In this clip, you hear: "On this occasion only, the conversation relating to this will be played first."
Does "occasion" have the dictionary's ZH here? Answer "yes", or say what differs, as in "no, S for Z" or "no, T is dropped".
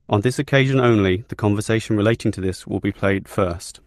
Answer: yes